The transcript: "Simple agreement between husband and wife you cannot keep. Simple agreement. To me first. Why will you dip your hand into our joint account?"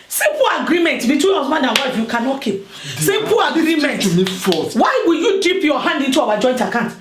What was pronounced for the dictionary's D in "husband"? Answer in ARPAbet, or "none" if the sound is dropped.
none